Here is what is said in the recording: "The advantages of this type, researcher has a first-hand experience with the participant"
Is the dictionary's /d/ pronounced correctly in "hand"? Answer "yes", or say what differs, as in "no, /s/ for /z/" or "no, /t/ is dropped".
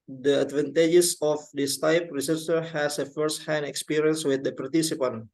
no, /d/ is dropped